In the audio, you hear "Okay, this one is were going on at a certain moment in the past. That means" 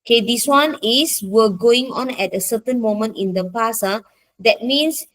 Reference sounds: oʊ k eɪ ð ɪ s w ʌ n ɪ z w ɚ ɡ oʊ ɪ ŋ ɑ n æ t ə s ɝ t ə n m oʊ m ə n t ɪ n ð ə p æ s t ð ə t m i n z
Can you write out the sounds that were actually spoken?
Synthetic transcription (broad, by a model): k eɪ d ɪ s w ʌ n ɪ s w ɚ ɡ oʊ ɪ ŋ ɑ n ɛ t ə s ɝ t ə n m oʊ m ə n t ɪ n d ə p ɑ s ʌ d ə t m i n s